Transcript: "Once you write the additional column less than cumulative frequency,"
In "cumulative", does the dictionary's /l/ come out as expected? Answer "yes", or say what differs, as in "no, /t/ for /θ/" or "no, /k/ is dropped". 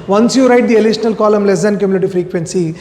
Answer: no, /n/ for /l/